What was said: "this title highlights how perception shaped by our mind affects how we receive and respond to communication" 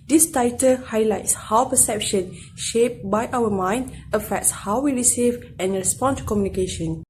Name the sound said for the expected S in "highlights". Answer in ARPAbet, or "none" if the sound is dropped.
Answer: S